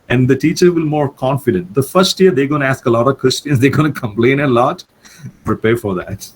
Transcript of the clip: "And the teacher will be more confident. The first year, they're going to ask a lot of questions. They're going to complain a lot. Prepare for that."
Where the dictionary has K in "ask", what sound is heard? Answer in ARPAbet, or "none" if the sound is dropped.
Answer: K